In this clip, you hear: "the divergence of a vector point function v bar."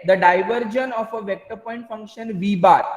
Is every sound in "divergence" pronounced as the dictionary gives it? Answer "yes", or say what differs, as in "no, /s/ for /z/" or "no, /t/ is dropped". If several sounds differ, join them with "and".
no, /s/ is dropped